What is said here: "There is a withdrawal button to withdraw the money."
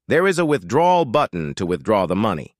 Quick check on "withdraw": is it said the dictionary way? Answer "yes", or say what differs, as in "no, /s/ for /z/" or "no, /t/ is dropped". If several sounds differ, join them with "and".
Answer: yes